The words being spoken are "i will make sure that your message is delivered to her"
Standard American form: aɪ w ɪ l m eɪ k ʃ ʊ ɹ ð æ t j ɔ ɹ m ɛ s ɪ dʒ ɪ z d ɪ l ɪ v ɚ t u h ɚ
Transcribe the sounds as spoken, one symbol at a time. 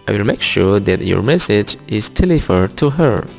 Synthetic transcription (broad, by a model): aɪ w ɪ l m eɪ k ʃ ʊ ɹ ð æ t j ɔ ɹ m ɛ s ɪ dʒ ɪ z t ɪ l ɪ f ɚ t u h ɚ